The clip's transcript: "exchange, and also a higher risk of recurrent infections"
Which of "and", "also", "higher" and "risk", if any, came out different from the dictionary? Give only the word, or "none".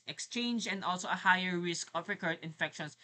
none